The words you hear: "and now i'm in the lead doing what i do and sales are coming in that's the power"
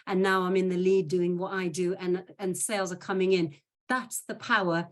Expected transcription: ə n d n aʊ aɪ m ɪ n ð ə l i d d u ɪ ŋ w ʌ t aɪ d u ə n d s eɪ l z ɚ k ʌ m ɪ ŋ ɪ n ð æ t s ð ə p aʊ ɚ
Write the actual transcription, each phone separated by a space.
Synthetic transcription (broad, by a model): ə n n aʊ aɪ m ɪ n ð ə l i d d u ɪ ŋ w ʌ t aɪ d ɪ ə n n s eɪ l z ɚ k ʌ m ɪ ŋ ɪ n ð æ t s ð ə p aʊ ɚ